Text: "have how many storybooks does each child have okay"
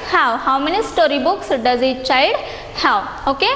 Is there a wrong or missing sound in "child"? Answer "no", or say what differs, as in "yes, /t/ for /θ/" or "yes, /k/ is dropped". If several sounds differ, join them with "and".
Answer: yes, /l/ is dropped